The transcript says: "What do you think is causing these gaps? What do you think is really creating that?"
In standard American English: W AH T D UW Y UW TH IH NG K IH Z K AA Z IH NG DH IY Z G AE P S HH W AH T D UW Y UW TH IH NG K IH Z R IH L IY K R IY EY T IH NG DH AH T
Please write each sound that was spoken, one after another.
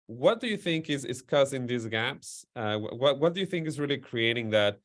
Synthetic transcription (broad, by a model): W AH T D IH Y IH TH IH NG K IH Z K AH S IH NG DH IY Z G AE P S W W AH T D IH Y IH TH IH NG K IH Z R IH L IY K R IY EY T IH NG DH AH T